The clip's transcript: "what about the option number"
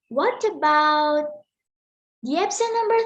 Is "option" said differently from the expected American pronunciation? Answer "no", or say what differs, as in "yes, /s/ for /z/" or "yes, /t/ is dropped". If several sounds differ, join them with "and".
yes, /s/ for /ʃ/